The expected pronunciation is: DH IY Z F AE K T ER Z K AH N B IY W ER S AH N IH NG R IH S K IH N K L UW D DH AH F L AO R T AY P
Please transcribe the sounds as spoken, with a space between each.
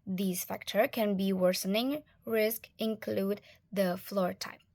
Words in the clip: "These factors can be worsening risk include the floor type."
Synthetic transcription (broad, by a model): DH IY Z F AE K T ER K AH N B IY W ER S AH N IH NG R IH S K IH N K L UW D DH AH F L AO R T AY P